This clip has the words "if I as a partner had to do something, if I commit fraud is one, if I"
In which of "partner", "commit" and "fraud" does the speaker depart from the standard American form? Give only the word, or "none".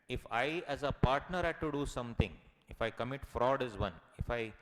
none